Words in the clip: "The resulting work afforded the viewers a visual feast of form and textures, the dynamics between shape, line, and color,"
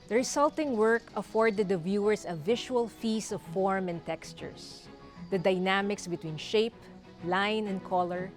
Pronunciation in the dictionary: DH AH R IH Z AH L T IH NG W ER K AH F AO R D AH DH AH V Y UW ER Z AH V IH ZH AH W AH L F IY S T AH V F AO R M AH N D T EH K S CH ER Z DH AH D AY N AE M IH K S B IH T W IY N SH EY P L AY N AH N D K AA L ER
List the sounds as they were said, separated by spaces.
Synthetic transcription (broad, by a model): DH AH R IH S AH L T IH NG W ER K AH F AO R D AH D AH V Y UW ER S AH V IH SH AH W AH L F IY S AH V F AO R M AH N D T EH K S CH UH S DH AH D AY N AE M IH K S B IH T W IY N SH EY P L AY N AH N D K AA L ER